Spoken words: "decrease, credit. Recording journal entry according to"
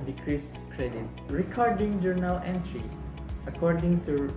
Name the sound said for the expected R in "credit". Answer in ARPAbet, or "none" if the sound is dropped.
R